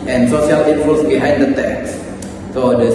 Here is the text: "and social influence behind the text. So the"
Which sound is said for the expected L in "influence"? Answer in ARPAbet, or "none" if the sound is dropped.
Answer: none